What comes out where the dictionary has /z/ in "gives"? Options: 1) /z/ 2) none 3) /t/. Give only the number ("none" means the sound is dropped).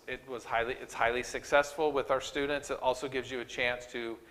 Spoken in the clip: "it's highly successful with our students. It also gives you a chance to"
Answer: 1